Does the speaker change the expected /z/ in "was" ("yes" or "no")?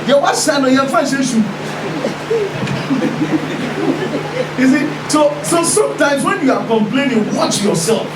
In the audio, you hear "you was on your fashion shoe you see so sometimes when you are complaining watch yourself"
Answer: yes